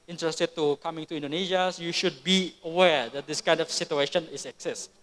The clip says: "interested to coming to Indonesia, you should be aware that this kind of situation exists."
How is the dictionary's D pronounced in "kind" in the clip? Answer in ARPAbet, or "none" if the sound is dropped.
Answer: D